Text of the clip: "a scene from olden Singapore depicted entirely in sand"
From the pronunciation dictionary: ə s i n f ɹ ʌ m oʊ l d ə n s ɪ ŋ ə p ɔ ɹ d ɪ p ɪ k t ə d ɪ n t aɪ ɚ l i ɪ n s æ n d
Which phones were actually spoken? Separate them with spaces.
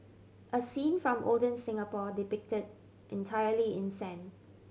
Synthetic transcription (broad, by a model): ə s i n f ɹ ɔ m oʊ l d ə n s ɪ ŋ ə p ɔ d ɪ p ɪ k t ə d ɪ n t aɪ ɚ l i ɪ n s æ n